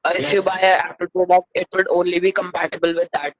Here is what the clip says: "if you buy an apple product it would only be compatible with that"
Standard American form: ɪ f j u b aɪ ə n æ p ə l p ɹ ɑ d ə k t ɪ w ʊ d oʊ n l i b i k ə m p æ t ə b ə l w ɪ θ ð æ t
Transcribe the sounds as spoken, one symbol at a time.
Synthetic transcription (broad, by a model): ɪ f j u b aɪ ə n æ p ə l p ɑ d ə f ɪ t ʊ d oʊ n l i b i k ə m p æ t ə b ə l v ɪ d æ t